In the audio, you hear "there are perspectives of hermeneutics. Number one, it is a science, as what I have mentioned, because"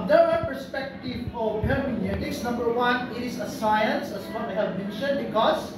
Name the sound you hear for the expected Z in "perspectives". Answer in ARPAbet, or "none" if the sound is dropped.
none